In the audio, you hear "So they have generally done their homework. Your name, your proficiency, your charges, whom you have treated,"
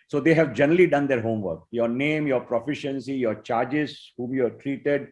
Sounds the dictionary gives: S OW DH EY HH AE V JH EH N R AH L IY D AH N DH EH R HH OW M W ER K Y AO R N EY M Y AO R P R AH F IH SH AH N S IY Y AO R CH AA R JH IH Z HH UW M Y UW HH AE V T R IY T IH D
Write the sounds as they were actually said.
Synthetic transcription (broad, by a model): S OW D EY HH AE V JH EH N R AH L IY D AH N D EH R HH OW M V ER K Y AO R N EY M Y AO R P R AH F IH SH AH N S IY Y AO R CH AA R JH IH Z HH UW M Y UW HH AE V T R IY T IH D